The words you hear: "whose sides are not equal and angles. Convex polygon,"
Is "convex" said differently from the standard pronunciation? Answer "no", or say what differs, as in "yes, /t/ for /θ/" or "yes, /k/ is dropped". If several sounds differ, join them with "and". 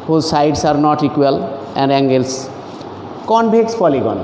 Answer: yes, /b/ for /v/